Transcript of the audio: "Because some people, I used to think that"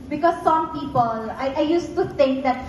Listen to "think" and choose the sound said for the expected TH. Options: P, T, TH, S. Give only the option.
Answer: T